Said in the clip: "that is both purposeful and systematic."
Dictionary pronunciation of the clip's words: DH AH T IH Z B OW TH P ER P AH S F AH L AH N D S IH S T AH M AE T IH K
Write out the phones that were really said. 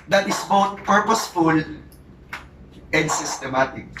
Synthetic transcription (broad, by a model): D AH T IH S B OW T P ER P AH S F AH L AH N D S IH S T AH M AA T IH K